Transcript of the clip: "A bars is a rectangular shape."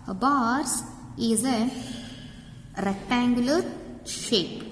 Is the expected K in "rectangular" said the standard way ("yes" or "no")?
yes